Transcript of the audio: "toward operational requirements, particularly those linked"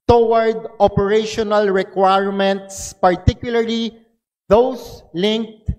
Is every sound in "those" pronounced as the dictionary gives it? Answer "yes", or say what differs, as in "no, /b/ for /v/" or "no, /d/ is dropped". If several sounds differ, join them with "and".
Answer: no, /s/ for /z/